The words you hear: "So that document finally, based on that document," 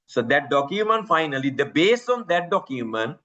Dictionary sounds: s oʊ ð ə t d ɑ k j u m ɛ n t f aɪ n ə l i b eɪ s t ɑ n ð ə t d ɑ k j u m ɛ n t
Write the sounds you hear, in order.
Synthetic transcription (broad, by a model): s oʊ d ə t d ɑ k j u m ɛ n t f aɪ n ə l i b eɪ s ɑ n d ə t d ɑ k j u m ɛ n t